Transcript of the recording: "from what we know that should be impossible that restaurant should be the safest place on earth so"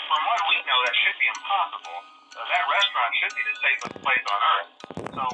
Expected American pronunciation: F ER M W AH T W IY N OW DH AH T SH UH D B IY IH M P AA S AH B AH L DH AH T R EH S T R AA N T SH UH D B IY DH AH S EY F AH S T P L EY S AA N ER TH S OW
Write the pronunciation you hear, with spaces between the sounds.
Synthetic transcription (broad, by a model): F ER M W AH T W IY N OW DH AH T SH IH D B IY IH M P AA S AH B L DH AH T R EH S T R AA N T SH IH D B IY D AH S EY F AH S P L EY S N ER TH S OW